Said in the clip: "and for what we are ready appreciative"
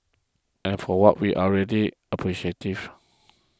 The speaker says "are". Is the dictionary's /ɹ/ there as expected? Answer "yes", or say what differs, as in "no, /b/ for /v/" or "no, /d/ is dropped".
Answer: no, /l/ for /ɹ/